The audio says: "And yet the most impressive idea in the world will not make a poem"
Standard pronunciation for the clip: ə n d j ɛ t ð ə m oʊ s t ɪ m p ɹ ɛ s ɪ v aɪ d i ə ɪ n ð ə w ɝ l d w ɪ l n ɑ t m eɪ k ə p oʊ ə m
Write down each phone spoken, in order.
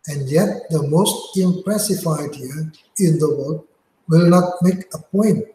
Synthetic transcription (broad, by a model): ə n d j ɛ t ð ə m oʊ s t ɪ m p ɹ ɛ s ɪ f aɪ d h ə ɪ n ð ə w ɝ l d w ɪ l n ɑ t m eɪ k ə p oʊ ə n